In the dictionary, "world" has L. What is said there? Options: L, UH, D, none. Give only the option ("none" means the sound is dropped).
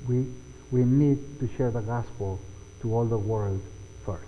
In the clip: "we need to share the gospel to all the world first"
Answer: L